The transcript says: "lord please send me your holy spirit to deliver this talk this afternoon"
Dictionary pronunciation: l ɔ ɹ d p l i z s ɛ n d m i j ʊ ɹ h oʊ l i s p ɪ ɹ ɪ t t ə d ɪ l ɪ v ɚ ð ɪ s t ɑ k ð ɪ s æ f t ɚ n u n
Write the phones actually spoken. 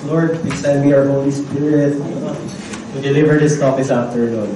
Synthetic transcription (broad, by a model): l ɔ ɹ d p i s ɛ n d m i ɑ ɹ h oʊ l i s p ɪ ɹ ɪ t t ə d ɪ l ɪ v ɚ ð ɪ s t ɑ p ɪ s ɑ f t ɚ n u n